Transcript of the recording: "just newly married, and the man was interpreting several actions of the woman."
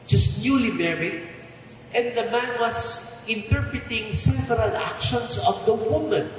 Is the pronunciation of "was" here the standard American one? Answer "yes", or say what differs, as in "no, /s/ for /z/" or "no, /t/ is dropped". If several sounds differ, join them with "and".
no, /s/ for /z/